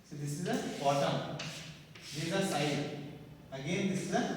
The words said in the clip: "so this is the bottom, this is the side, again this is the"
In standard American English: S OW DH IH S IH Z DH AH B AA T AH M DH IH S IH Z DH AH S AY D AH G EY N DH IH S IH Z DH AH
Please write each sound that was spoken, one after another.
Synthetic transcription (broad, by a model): S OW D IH S IH Z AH B AA T AH M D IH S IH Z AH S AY AH G EY N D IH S IH Z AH